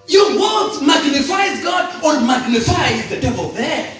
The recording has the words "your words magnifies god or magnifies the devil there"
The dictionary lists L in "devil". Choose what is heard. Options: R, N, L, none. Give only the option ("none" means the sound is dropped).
L